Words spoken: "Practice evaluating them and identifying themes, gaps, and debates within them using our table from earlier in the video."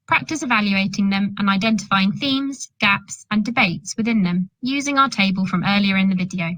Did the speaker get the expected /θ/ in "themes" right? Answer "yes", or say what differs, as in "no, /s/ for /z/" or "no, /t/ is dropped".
yes